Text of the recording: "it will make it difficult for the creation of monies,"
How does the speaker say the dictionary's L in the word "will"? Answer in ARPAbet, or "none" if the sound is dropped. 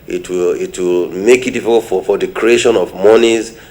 L